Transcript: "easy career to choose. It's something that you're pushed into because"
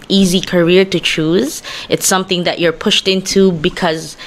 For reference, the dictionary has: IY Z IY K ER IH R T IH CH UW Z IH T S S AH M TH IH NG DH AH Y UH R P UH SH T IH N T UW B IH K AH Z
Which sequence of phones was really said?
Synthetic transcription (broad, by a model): IY Z IY K ER IH R T IH CH UW Z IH T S S AH M TH IH NG DH AH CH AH R P UH SH T IH N T UW B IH K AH Z